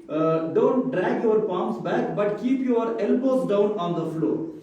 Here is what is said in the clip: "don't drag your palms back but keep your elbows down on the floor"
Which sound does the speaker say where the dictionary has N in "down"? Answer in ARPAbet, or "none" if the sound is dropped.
N